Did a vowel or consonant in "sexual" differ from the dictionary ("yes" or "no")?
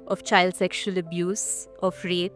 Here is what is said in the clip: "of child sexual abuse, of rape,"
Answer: no